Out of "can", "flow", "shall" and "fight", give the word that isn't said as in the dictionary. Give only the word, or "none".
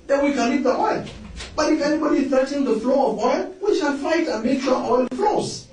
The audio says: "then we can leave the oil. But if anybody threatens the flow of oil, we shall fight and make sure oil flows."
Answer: shall